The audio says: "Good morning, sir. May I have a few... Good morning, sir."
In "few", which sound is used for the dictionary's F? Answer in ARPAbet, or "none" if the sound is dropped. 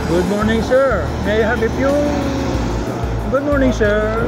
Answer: P